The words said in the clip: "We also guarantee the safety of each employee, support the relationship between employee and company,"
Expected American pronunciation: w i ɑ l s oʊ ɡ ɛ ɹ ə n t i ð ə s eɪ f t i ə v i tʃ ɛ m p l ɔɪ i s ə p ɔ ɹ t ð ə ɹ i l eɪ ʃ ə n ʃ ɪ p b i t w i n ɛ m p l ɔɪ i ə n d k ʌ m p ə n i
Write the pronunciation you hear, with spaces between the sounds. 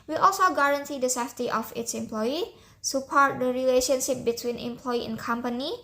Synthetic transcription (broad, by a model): w i ɑ l s oʊ ɡ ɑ ɹ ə n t i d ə s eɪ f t i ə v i s ɛ m p l ɔɪ i s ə p ɔ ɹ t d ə ɹ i l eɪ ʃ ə n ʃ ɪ p b i t w i n ɛ m p l ɔɪ i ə n k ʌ m p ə n i